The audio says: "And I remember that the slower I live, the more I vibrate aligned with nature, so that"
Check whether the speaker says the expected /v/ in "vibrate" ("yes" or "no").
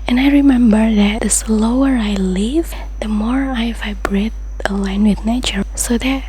yes